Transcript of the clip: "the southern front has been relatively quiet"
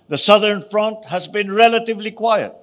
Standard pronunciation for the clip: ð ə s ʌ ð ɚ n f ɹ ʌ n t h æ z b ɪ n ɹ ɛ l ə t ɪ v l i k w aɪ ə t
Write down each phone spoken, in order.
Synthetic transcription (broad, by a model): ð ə s ʌ ð ɚ n f ɹ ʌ n t h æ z b ɪ n ɹ ɛ l ə t ɪ v l i k w aɪ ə t